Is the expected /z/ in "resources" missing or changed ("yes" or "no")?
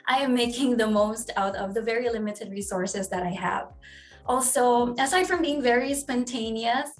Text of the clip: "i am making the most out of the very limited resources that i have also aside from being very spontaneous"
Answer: no